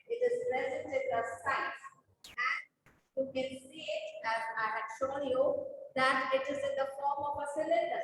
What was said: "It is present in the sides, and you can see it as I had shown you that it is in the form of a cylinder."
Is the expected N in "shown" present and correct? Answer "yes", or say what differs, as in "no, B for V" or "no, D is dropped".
no, L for N